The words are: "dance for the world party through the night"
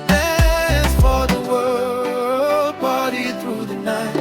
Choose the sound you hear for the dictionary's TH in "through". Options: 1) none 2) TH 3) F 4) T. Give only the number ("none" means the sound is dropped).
2